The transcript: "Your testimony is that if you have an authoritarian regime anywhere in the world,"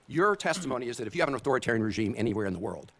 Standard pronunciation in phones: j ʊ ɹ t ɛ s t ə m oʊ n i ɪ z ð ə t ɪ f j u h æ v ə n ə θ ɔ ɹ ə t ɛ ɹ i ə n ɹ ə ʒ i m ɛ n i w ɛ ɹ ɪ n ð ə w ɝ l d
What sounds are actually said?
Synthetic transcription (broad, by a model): j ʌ ɹ t ɛ s t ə m oʊ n i ɪ z ð ə t ɪ f j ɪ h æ v ə n ə θ ɔ ɹ ə t ɛ ɹ i ə n ɹ ə ʒ i m ɛ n i w ɛ ɹ ɪ n ð ə w ɝ l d